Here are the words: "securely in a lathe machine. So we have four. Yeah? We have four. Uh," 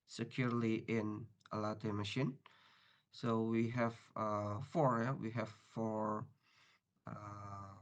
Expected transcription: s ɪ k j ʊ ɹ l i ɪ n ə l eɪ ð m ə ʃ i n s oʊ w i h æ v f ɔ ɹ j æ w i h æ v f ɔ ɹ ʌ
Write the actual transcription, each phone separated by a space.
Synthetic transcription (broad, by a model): s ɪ k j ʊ ɹ l i ɪ n ə l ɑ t m ə ʃ i n s oʊ w i h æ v f ɔ ɹ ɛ w i h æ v f ɔ ɹ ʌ